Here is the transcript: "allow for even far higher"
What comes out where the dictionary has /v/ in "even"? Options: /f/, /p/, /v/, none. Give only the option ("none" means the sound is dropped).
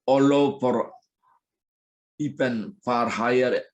/p/